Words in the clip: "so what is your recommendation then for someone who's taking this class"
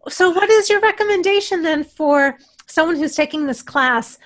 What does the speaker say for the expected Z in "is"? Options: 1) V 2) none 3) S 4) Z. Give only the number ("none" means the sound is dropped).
4